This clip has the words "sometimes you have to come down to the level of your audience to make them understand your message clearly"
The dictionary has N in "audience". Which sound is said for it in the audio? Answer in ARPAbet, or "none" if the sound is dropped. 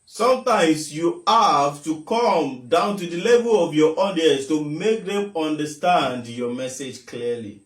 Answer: none